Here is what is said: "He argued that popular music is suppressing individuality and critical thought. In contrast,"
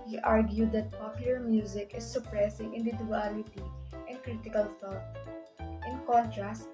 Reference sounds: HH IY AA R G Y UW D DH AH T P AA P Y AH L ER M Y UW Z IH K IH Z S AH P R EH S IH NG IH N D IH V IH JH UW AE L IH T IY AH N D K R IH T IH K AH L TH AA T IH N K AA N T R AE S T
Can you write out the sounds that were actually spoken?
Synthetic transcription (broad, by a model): HH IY AA R G Y UW D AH T P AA P Y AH L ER M Y UW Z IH K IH S AH P R EH S IH NG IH N D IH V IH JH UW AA L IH T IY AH N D K R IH T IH K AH L F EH T IH N K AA N T R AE S T